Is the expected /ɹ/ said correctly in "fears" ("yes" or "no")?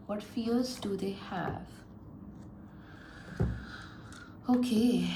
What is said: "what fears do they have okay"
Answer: no